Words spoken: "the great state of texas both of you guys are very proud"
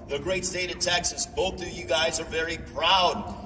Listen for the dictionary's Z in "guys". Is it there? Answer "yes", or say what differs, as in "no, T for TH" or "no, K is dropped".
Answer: yes